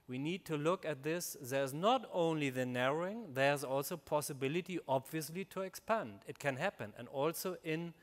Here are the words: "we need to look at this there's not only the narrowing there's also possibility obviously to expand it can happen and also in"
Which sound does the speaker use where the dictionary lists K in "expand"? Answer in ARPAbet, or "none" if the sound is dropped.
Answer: K